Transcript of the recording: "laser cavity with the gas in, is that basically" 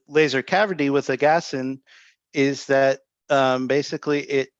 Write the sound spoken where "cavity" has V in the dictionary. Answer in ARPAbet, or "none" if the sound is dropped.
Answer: V